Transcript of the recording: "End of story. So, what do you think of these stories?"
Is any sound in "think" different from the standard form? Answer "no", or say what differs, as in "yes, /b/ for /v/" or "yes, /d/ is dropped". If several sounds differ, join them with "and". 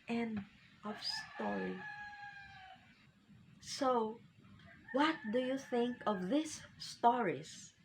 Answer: no